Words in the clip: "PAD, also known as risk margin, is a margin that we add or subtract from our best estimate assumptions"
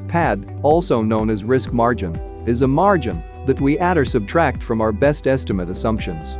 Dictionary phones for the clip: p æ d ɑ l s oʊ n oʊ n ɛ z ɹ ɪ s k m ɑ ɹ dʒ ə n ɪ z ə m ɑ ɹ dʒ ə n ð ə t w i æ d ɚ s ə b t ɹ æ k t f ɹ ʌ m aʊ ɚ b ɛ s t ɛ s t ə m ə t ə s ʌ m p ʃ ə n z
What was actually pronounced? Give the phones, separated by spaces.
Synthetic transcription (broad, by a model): p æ d ɑ l s oʊ n oʊ n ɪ z ɹ ɪ s k m ɑ ɹ dʒ ə n ɪ z ə m ɑ ɹ dʒ ə n ð ə t w i æ d ɚ s ə b t ɹ æ k t f ɹ ʌ m aʊ ɚ b ɛ s t ɛ s t ə m ə t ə s ʌ m p ʃ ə n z